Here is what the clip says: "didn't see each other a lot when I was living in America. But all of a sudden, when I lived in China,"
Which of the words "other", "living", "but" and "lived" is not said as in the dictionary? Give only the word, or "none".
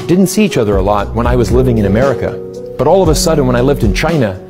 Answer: none